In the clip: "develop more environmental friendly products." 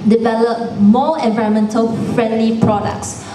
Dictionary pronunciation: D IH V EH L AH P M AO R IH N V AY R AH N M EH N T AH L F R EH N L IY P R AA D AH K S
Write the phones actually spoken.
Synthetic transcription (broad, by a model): D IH V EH L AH P M AO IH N V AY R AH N M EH N T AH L F R EH N L IY P R AA D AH K S